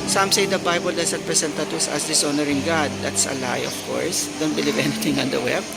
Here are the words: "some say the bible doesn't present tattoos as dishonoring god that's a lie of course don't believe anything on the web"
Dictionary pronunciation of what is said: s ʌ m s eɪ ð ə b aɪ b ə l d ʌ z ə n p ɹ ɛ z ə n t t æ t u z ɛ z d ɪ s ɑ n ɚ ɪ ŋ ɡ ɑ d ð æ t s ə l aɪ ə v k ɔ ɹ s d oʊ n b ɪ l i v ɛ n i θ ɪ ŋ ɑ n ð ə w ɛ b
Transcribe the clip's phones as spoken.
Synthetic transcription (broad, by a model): s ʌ m s eɪ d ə b aɪ b ə l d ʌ s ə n p ɹ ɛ s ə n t t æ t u s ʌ s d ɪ s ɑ n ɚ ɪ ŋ ɡ ɑ d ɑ t s ə l aɪ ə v k ɔ ɹ s d oʊ n b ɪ l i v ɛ n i t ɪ ŋ ɑ n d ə w ɛ b